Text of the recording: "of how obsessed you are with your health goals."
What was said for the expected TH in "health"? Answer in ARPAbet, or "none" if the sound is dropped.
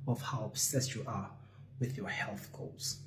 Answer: TH